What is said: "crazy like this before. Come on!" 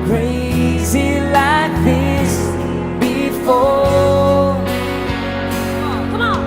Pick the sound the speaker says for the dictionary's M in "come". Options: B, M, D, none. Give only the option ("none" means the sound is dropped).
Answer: none